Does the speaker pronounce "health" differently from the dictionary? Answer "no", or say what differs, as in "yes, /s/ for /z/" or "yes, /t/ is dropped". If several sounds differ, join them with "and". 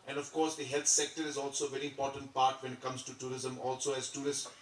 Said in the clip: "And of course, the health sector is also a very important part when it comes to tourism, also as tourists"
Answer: yes, /t/ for /θ/